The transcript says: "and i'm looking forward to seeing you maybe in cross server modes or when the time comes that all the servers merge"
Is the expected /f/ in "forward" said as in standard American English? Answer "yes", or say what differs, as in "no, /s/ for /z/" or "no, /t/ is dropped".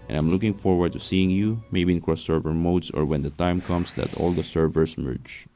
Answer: yes